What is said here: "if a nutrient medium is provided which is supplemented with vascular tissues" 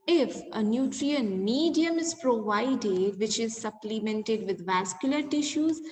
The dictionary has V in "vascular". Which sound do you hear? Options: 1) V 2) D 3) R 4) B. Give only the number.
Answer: 1